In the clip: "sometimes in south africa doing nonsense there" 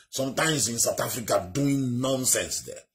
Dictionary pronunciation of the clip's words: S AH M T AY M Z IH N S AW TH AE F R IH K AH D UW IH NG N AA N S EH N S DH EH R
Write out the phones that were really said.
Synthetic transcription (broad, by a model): S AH M T AY M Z IH N S AW T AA F R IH K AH D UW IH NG N AA N S EH N S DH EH